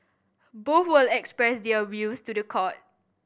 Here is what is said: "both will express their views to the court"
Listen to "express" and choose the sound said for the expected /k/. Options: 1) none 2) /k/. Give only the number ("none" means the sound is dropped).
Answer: 2